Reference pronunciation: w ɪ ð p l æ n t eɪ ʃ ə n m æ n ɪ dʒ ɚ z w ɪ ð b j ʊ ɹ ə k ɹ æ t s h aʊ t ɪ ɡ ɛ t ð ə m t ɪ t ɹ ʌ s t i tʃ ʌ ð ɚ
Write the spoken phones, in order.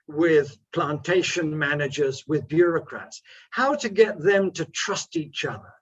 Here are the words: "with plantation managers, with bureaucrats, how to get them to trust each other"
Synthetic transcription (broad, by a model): w ɪ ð p l æ n t eɪ ʃ ə n m æ n ɪ dʒ ɚ z w ɪ ð b j ʊ ɹ ə k ɹ æ t s h aʊ t ɪ ɡ ɛ t ð ə m t ɪ t ɹ ʌ s t i tʃ ʌ ð ɚ